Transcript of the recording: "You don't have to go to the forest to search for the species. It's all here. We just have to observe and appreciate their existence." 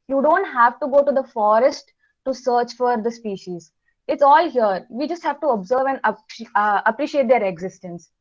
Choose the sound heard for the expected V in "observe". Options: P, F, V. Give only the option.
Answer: V